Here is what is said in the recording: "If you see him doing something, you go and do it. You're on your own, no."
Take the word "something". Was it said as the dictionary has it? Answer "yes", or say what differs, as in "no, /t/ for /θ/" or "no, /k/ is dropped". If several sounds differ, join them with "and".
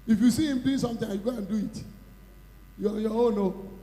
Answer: no, /t/ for /θ/